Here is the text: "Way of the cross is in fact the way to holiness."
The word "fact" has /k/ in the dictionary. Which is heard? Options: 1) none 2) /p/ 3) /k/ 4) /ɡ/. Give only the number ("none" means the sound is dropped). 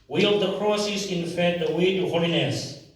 1